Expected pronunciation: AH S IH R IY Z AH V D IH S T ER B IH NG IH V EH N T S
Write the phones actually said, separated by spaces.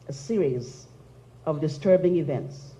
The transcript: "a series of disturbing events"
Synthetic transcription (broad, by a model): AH S IH R IY Z AH V D IH S T ER B IH NG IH V EH N T S